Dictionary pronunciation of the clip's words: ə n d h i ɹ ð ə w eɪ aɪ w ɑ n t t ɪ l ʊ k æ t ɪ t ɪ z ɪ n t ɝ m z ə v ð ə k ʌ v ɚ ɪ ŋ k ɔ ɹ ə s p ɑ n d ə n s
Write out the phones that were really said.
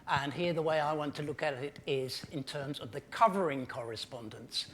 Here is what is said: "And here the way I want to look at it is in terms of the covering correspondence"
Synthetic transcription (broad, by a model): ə n h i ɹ ð ə w eɪ aɪ w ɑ n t t ɪ l ʊ k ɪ t ɪ t ɪ z ɪ n t ɝ m z ə v ð ə k ʌ v ɚ ɪ ŋ k ɔ ɹ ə s p ɑ n d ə n s